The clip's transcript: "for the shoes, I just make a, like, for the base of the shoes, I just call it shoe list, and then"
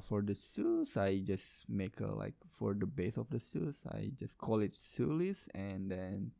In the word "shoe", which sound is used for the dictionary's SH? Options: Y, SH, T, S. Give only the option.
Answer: S